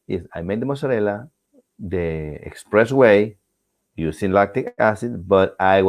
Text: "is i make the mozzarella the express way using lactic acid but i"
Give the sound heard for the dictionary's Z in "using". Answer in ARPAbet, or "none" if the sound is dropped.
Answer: S